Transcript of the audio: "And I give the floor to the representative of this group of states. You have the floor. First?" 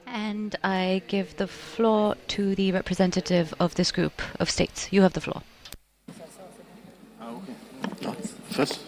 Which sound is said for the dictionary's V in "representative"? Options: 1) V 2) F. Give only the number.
1